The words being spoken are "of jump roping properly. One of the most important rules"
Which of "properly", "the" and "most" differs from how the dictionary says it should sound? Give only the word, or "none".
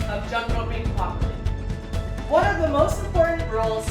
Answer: properly